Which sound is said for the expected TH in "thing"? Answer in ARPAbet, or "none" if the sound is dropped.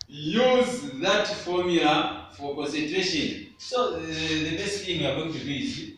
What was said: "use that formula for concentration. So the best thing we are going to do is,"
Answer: F